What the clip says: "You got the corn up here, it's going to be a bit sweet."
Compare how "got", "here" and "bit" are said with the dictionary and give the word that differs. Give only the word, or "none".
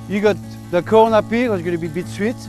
here